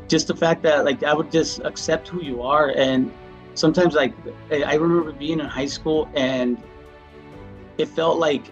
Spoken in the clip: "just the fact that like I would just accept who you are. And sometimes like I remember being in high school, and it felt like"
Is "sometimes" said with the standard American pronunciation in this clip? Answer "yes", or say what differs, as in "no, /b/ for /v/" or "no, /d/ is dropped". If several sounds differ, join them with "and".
yes